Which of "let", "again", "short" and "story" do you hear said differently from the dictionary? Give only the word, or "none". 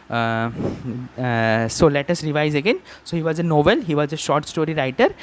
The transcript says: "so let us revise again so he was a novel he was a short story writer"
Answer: none